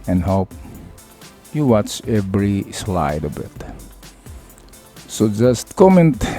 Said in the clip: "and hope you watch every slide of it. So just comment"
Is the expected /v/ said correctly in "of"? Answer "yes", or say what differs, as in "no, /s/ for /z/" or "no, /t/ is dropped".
no, /b/ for /v/